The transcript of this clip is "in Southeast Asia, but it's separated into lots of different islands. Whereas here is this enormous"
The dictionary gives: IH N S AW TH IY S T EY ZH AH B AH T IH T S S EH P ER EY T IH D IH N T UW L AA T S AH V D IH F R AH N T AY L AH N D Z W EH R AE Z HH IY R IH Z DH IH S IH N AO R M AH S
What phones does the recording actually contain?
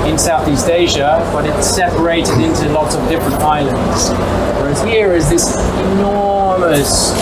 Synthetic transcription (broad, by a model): IH N S AW TH IY S T EY ZH AH B AH T IH T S S EH P ER EY T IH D IH N T UW L AA T S AH V D IH F R AH N T AY L AH N D Z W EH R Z HH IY R IH Z DH IH S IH N AO R M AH S